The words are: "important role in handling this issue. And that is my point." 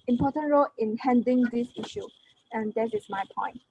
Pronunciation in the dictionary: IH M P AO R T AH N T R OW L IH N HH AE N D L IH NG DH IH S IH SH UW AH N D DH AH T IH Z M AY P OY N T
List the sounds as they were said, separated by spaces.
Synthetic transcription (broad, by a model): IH M P AO T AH N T R OW L IH N HH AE N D IH NG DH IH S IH SH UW AH N D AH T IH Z M AY P OY N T